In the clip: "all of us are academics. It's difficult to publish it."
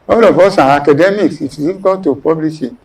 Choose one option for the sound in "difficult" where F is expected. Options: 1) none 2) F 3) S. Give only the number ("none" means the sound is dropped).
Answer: 1